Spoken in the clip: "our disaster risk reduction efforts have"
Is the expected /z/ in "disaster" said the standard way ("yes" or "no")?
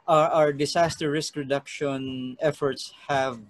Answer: no